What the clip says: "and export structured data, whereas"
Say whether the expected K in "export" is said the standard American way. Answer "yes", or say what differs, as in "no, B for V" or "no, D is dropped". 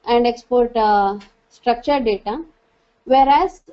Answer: yes